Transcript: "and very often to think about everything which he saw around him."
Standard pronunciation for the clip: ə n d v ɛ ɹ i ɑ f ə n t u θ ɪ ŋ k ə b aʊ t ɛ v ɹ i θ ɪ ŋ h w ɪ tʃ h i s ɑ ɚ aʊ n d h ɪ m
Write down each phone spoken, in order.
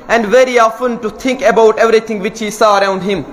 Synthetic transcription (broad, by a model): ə n d v ɛ ɹ i ɑ f ə n t u t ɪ ŋ k ə b aʊ t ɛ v ɹ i t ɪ ŋ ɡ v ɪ tʃ h i s ɑ ɚ aʊ n d h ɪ m